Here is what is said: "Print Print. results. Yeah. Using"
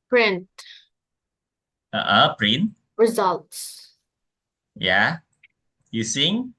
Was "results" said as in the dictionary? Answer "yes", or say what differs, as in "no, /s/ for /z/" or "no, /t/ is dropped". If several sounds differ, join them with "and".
yes